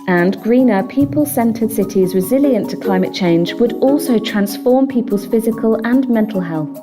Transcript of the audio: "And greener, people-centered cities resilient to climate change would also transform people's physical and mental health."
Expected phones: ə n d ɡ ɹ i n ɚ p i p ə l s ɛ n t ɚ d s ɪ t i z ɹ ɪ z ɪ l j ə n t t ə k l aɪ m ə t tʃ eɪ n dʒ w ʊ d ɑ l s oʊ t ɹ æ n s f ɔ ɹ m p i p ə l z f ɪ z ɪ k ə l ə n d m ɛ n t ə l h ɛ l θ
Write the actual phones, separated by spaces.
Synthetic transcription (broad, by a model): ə n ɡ ɹ i n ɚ p i p ə l s ɛ n t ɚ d s ɪ t i z ɹ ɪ z ɪ l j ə n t t ə k l aɪ m ə t tʃ eɪ n dʒ w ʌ d ɑ l s oʊ t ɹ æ n s f ɔ m p i p ə l z f ɪ z ɪ k ə l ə n m ɛ n t ə l h ɛ l θ